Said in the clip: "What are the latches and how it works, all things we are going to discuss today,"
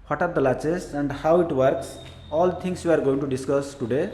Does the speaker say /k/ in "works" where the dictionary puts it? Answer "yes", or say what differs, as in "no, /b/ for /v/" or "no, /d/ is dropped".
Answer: yes